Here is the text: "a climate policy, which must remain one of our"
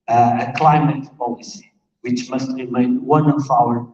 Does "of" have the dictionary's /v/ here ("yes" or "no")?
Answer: no